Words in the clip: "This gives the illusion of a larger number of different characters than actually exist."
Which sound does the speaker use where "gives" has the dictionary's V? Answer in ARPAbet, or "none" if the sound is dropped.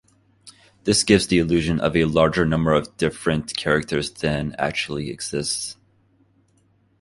V